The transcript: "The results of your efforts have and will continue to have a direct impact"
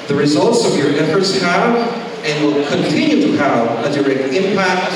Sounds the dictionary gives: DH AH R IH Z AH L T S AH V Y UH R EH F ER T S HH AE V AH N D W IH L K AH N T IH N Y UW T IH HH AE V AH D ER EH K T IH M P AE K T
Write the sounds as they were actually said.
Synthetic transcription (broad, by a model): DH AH R IH Z AH L T S AH V Y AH R EH F ER T S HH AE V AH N W IH L K AH N T IH N Y UW T IH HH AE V AH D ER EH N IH M P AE K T